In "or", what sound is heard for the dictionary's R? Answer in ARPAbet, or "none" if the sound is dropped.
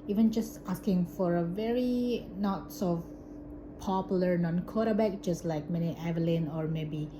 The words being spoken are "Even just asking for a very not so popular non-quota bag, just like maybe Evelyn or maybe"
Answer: R